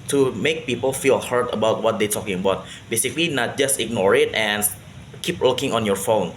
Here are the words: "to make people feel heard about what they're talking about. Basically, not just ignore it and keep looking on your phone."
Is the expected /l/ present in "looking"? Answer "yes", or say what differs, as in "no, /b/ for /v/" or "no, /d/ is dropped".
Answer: no, /w/ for /l/